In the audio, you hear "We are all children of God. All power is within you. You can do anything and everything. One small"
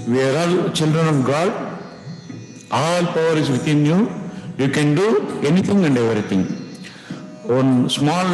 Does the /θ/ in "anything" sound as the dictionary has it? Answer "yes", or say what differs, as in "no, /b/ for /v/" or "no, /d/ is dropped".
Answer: no, /t/ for /θ/